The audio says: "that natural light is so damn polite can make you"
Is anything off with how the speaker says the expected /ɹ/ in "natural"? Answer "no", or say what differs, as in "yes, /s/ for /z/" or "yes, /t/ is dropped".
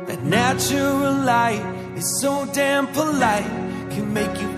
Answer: yes, /ɹ/ is dropped